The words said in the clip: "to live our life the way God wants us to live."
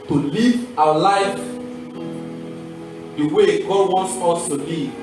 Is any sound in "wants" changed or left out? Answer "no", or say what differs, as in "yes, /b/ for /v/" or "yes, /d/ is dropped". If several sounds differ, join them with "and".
no